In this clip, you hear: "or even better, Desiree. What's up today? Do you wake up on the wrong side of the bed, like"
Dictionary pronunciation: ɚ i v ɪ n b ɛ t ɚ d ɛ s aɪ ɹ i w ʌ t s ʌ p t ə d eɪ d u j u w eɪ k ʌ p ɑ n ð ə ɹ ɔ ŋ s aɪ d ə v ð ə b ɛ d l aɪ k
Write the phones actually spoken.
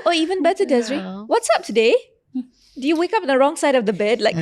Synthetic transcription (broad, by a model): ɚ i v ɪ n b ɛ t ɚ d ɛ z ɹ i w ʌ t s ʌ p t ə d eɪ d u j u w eɪ k ʌ p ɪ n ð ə ɹ ɔ ŋ s aɪ d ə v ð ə b ɛ d l aɪ k